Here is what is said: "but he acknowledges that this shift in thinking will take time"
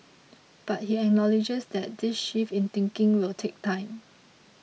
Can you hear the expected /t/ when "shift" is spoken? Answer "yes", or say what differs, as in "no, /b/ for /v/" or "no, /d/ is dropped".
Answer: no, /t/ is dropped